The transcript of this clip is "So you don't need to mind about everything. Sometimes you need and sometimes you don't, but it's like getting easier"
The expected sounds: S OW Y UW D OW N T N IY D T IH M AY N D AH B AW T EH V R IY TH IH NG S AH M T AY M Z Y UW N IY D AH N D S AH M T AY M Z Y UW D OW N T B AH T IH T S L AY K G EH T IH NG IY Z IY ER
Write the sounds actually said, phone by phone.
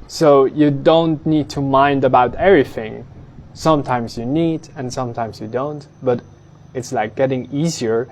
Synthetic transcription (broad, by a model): S OW Y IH D OW N T N IY D T IH M AY N D AH B AW T EH V R IY TH IH NG S AH M T AY M Z Y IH N IY D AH N S AH M T AY M Z Y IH D OW N T B AH T IH T S L AY K G EH T IH NG IY Z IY ER